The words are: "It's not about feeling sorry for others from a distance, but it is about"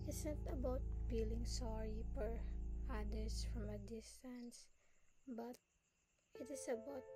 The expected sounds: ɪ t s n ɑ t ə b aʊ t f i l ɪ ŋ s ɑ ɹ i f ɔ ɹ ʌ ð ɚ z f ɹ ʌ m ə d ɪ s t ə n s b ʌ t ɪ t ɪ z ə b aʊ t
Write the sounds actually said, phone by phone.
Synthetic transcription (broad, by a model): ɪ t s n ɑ t ə b aʊ t f i l ɪ ŋ s ɑ ɹ i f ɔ ɹ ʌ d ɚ s f ɹ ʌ m ə d ɪ s t ə n s b ʌ t ɪ t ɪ s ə b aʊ t